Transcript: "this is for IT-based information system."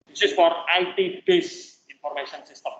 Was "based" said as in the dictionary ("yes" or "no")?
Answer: no